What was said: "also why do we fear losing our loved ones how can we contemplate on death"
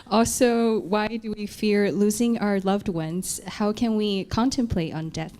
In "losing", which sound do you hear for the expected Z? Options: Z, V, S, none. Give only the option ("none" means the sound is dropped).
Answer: Z